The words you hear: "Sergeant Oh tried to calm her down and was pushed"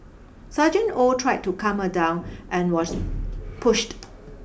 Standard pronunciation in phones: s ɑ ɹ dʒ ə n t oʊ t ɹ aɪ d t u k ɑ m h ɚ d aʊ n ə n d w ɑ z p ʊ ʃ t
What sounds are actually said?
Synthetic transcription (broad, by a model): s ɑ dʒ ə n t oʊ t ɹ aɪ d t u k ɑ m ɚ d aʊ n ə n w ɑ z p ʊ ʃ t